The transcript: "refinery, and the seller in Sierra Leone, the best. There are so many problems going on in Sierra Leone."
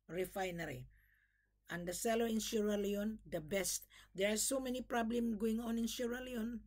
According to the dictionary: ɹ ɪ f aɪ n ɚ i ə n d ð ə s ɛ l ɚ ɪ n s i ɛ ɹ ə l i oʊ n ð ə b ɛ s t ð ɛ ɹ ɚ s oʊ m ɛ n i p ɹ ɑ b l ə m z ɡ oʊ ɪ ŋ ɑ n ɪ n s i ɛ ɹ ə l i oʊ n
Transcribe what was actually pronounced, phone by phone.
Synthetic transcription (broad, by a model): ɹ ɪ f aɪ n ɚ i ə n d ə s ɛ l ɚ ɪ n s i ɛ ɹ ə l i oʊ n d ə b ɛ s t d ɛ ɹ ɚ s oʊ m ɛ n i p ɹ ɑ b l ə m ɡ oʊ ɪ ŋ ɑ n ɪ n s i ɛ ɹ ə l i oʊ n